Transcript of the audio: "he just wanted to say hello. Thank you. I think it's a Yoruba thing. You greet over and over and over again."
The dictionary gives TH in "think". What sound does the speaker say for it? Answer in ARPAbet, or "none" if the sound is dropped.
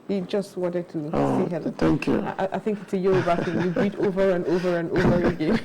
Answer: TH